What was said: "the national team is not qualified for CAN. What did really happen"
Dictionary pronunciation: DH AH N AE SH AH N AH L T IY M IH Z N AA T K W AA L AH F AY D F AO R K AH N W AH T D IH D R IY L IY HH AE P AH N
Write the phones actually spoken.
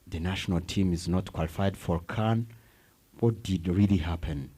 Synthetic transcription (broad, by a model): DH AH N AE SH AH N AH L T IY M IH Z N AA T K W AA L AH F AY D F AO R K AH N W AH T D IH D R IY L IY HH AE P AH N